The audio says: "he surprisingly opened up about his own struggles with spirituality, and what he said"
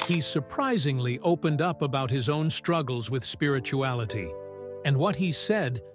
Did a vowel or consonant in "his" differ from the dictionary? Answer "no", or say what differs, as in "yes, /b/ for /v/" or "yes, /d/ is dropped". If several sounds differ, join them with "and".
no